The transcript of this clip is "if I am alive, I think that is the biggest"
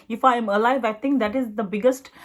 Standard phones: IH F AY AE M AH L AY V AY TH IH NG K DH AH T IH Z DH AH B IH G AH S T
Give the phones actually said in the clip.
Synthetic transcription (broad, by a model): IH F AY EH M AH L AY V AY T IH NG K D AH T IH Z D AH B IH G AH S T